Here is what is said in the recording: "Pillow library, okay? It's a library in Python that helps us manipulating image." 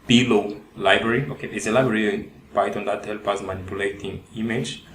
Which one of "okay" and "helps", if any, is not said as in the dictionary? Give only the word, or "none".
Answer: helps